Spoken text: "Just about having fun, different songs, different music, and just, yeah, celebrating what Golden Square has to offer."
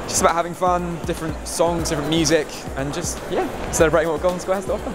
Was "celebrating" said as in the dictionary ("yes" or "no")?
no